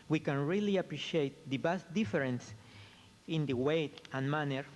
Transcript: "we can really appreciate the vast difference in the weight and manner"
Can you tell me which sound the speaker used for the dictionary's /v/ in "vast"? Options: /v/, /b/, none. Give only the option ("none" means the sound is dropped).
/b/